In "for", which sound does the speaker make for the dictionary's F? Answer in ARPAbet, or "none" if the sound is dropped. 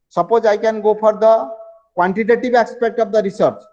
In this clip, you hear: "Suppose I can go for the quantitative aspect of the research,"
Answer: P